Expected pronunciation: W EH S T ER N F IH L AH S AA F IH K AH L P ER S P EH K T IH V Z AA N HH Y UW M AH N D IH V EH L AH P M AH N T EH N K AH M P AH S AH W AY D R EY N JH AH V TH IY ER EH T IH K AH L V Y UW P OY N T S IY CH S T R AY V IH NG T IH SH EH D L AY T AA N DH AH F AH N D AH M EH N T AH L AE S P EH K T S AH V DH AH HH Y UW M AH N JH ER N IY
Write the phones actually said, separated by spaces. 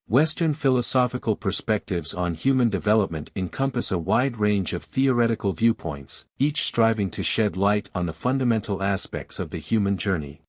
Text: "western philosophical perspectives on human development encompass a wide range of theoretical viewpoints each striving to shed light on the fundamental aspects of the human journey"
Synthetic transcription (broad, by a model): W EH S T ER N F IH L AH S AA F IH K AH L P ER S P EH K T IH V Z N HH Y UW M AH N D IH V EH L AH P M AH N T EH N K AH M P AH S AH W AY D R EY N JH AH V TH IY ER EH T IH K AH L V Y UW P OY N T S IY CH S T R AY V IH NG T IH SH EH D L AY T N DH AH F AH N D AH M EH N T L AE S P EH K T S AH V DH AH HH Y UW M AH N JH ER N IY